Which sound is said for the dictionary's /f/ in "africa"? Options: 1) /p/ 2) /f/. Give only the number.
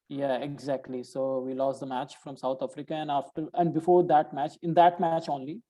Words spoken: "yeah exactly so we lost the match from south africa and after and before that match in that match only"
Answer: 2